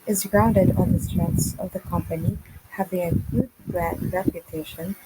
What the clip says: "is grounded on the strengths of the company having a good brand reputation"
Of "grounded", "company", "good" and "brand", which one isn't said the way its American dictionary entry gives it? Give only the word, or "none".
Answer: brand